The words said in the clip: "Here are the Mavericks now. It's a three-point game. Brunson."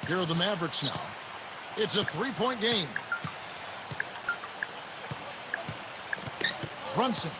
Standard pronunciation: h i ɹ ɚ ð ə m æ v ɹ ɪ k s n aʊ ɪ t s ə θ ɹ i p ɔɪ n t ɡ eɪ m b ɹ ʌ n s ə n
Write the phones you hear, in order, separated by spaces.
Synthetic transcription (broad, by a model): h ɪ ɹ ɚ ð ə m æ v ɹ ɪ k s n aʊ ɪ t s ə θ ɹ i p ɔɪ n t ɡ eɪ m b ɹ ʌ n s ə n